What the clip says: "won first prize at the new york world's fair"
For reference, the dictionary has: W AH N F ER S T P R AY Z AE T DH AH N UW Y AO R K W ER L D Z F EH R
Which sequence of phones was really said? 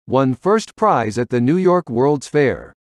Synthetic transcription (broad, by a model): W AH N F ER S T P R AY Z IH T DH AH N UW Y AO R K W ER L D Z F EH R